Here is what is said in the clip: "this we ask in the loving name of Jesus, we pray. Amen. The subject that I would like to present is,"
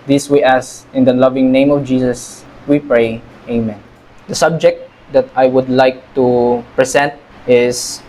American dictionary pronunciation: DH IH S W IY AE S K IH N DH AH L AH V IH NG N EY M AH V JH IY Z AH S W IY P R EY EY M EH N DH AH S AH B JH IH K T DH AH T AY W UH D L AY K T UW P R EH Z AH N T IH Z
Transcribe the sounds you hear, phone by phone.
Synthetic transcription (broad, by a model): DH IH S W IY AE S IH N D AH L AH V IH NG N EY M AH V JH IY S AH S W IY P R EY EY M EH N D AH S AH B JH IH K T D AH T AY W UH D L AY K T UW P R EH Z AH N T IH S